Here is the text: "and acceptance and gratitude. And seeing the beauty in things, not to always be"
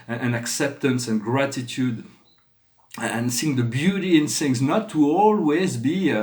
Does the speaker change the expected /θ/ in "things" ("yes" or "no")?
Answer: yes